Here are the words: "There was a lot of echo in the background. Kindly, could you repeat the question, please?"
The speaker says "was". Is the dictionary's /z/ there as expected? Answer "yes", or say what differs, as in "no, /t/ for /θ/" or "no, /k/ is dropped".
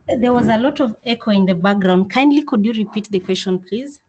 yes